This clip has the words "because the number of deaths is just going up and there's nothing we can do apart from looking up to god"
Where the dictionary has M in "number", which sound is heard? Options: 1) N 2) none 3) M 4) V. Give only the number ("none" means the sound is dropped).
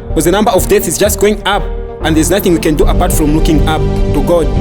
3